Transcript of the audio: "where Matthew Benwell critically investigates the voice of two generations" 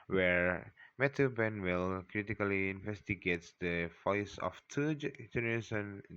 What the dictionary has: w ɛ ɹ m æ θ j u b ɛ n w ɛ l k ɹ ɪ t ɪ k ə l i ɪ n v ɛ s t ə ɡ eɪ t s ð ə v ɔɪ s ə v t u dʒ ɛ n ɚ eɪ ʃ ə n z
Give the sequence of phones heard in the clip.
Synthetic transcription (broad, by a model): w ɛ ɹ m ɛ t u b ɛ n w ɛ l k ɹ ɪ t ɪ k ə l i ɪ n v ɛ s t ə ɡ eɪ t s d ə f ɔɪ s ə f t u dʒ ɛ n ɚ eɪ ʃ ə n